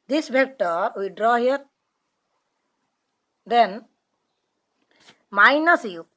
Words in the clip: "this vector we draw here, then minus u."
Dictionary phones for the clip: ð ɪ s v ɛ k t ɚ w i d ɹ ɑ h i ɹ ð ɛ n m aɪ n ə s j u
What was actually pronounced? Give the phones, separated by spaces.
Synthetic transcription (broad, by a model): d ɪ s b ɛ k t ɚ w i d ɹ ɑ h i ɹ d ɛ n m aɪ n ə s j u